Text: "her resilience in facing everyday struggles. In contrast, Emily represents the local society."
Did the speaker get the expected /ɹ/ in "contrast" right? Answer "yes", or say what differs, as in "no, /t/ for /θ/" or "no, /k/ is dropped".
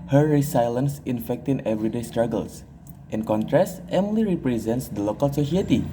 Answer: yes